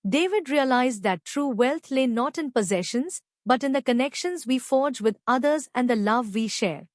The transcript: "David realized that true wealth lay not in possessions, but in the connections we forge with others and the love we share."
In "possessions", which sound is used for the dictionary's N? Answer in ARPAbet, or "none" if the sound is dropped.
N